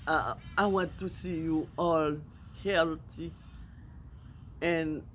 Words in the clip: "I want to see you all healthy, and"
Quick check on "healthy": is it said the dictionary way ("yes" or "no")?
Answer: no